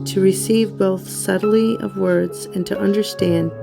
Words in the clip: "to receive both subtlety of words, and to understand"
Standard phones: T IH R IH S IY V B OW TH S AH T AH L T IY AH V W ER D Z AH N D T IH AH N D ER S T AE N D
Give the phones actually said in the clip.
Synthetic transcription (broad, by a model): T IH R IH S IY V B OW TH S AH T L IY AH V W ER D Z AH N T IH AH N D ER S T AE N D